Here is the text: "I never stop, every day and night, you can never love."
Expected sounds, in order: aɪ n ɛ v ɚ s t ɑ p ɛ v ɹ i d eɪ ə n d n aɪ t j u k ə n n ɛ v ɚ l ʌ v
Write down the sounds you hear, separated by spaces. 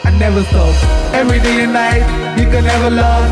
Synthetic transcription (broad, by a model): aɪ n ɛ v ɚ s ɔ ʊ ɛ v ɹ i d eɪ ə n n aɪ t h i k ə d n ɛ v ɚ l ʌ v